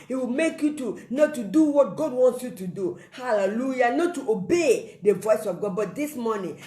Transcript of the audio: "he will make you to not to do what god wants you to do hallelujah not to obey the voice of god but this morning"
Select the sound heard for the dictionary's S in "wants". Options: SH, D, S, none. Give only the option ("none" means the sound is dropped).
S